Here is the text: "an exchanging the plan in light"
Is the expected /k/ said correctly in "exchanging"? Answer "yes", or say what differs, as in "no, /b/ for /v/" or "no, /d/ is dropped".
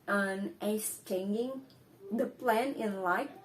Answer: no, /k/ is dropped